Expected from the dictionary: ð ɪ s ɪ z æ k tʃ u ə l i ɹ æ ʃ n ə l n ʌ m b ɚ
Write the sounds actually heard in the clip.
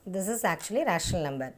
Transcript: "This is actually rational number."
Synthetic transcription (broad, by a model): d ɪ s ɪ z æ k tʃ u ə l i ɹ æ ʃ ə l n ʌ m b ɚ